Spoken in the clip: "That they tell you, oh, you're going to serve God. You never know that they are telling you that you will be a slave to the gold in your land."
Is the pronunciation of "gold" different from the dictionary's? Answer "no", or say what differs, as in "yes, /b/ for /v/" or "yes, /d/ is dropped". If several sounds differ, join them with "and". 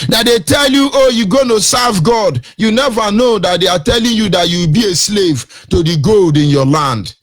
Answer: no